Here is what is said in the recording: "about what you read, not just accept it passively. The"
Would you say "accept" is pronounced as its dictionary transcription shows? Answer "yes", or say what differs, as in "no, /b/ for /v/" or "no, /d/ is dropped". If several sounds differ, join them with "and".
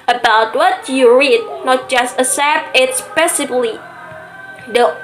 no, /k/ is dropped